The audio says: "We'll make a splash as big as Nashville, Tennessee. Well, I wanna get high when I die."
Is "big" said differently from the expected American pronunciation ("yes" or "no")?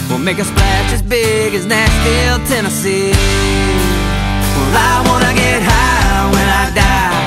no